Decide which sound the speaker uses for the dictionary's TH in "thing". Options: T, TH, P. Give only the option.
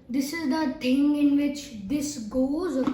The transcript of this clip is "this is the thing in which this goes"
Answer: T